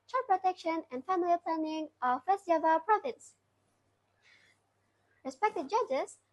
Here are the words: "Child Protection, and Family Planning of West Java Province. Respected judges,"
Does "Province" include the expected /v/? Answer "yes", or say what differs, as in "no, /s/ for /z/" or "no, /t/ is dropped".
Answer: no, /f/ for /v/